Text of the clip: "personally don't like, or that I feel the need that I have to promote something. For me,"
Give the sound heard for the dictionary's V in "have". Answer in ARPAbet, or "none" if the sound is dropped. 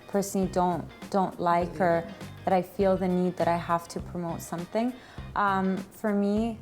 F